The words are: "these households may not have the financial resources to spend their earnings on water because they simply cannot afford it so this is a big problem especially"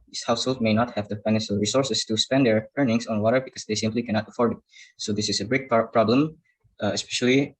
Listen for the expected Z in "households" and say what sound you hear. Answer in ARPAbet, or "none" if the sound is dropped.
none